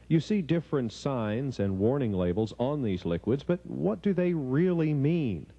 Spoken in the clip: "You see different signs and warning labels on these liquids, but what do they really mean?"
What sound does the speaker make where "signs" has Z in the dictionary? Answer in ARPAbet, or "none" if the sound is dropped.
Z